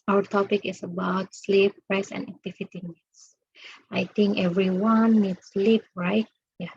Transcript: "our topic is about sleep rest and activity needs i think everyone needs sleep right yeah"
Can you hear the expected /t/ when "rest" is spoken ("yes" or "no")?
no